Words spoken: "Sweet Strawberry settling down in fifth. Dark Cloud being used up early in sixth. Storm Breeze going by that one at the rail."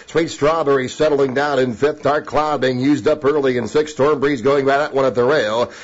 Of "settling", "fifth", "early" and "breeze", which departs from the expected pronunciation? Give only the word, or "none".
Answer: none